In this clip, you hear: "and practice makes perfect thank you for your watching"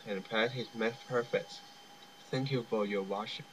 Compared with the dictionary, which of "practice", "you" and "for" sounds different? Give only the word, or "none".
practice